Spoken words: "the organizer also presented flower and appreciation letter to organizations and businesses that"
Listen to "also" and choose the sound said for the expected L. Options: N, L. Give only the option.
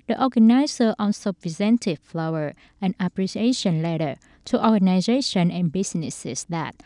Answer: N